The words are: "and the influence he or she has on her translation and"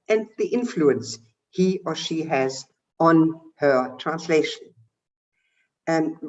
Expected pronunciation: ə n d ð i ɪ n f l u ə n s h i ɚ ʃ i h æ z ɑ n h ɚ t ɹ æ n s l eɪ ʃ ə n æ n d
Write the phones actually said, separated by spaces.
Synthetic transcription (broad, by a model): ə n ð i ɪ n f l u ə n s h i ɚ ʃ i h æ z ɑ n h ɚ t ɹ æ n s l eɪ ʃ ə n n